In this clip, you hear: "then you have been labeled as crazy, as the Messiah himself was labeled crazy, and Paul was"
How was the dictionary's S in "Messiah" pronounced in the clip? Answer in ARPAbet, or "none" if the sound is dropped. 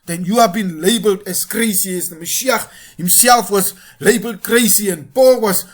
SH